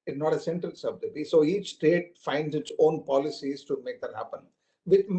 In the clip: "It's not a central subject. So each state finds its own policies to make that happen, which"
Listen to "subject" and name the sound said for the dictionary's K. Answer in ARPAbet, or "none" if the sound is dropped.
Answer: none